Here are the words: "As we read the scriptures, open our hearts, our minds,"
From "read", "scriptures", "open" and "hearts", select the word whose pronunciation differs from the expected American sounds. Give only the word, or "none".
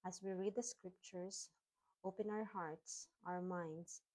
scriptures